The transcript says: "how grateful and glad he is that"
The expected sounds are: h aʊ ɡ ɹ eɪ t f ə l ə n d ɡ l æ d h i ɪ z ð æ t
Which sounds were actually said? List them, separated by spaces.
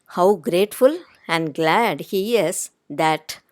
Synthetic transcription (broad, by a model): h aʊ ɡ ɹ eɪ t f ə l ə n d ɡ l æ d h i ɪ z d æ t